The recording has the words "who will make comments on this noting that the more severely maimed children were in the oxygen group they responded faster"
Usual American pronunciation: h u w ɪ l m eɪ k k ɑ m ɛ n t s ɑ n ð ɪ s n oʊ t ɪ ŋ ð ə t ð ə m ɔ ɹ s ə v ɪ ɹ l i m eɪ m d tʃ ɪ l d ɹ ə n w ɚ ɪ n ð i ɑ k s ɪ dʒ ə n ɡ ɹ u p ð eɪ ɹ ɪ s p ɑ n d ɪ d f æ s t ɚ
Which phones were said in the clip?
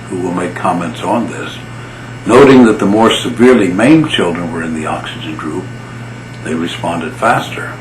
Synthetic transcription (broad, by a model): h u w ɪ l m eɪ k k ɑ m ɛ n t s n ð ɪ s n oʊ t ɪ ŋ ð ə t ð ə m ɔ ɹ s ə v ɪ ɹ l i m eɪ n tʃ ɪ l d ɹ ə n w ɚ ɪ n ð i ɑ k s ɪ dʒ ə n ɡ ɹ u p ð eɪ ɹ ɪ s p ɑ n d ɪ d f æ s t ɚ